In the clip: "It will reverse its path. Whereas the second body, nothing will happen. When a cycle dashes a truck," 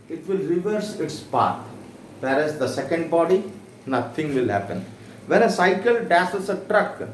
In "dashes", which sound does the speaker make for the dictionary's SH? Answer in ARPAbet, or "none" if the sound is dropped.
S